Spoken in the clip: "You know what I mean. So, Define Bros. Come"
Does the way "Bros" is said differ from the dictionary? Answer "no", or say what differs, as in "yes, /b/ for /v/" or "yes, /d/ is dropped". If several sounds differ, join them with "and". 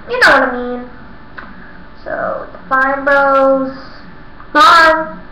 yes, /ɹ/ is dropped